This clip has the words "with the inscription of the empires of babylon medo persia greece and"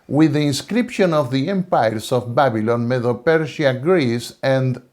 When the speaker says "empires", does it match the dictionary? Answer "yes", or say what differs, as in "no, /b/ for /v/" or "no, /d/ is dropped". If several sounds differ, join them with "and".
no, /s/ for /z/